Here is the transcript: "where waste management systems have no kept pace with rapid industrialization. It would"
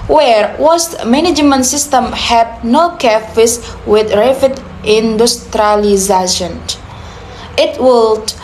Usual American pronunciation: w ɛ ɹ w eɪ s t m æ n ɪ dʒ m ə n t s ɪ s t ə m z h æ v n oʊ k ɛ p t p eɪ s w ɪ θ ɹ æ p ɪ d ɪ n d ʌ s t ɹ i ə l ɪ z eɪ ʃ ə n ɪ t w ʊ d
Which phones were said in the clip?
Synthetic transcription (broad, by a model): w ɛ ɹ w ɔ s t m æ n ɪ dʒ m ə n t s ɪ s t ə m h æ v n oʊ k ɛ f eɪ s w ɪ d ɹ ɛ f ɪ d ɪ n d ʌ s t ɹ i l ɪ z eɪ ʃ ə n ɪ t w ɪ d